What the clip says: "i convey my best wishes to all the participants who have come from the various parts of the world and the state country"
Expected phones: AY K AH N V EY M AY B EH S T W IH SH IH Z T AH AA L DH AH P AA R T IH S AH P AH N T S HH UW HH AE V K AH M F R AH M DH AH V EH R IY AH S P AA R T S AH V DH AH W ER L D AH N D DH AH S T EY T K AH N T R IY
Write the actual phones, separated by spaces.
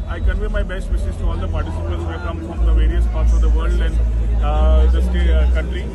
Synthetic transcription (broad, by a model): AY K AH N V EY M AY B EH S T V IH S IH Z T AA L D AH P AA R T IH S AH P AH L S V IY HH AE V K AH M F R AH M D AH V EH R IY AH S P AA R T S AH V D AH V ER L D AH N D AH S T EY K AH N T R IY